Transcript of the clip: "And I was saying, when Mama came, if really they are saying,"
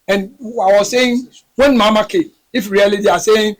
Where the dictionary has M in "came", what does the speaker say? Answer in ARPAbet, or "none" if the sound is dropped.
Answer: none